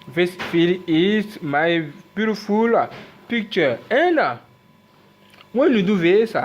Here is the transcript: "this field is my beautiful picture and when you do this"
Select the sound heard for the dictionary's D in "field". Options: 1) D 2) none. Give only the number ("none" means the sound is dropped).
2